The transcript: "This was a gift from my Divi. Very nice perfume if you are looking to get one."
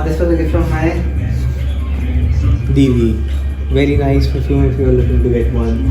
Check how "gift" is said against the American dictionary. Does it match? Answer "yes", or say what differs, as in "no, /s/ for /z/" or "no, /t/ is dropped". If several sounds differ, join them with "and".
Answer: no, /f/ is dropped